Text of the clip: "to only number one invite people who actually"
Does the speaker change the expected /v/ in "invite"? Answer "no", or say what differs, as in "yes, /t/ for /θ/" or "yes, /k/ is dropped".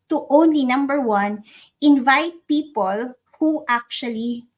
no